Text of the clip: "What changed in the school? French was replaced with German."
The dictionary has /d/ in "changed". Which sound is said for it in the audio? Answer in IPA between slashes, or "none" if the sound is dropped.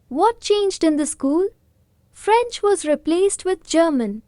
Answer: /d/